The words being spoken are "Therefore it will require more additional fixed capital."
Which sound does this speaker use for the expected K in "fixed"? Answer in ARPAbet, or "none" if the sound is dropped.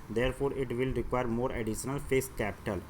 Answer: none